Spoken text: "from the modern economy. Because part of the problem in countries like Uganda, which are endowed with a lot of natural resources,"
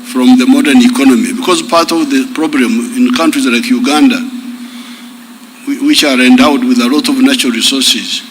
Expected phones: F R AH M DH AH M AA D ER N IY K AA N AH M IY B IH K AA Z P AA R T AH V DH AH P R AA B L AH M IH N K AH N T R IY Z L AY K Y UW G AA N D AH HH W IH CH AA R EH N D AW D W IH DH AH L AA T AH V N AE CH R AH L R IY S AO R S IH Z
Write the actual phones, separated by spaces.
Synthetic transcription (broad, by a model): F R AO M DH AH M AA D ER N IY K AA N AH M IY B IH K AA Z P AA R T AH V DH AH P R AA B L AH M IH N K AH N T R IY Z L AY K Y UW G AA N D AH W W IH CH AA R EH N D AW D W IH DH AH L AA T AH V N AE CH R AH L R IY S AO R S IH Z